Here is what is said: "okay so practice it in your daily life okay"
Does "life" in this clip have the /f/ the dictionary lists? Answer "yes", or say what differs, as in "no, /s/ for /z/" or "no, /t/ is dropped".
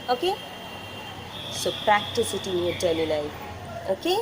no, /f/ is dropped